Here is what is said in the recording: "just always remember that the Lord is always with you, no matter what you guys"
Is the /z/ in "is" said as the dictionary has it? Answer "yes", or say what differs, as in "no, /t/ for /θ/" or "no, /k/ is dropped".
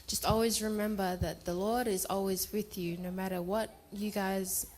yes